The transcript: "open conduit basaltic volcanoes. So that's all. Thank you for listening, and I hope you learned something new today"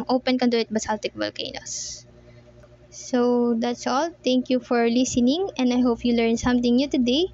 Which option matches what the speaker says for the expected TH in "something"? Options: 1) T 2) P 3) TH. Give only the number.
1